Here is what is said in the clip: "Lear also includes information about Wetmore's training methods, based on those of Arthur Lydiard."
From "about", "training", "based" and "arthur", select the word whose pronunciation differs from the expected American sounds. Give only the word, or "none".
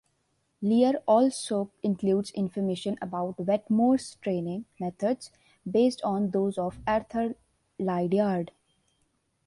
arthur